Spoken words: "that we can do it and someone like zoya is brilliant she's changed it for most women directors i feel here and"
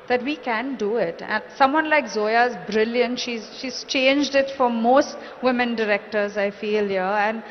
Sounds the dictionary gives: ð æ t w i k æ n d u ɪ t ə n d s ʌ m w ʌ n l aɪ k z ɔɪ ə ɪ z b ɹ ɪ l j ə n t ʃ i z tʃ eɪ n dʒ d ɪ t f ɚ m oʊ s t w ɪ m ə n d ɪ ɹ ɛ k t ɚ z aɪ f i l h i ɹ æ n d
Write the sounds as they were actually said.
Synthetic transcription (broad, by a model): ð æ t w i k æ n d u ɪ t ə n s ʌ m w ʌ n l aɪ k z ɔɪ ə ɪ z b ɹ ɪ l j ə n t ʃ i z tʃ eɪ n dʒ d ɪ t f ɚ m oʊ s t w ɪ m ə n d ɪ ɹ ɛ k t ɚ z aɪ f i l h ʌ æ n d